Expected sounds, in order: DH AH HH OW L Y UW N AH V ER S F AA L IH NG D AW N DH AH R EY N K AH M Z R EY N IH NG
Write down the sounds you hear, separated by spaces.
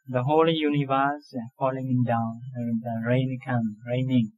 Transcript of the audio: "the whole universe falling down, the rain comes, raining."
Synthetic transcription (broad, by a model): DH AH HH OW L Y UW N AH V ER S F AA L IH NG D AW N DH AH R EY N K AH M R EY N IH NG